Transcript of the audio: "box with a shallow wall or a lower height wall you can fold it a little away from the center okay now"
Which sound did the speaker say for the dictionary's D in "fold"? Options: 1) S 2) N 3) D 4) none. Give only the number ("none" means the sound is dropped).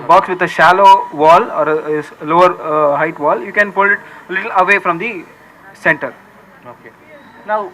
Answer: 4